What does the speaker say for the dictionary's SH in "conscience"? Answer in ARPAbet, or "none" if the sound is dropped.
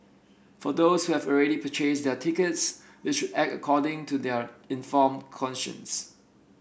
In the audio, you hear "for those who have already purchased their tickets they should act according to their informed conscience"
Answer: SH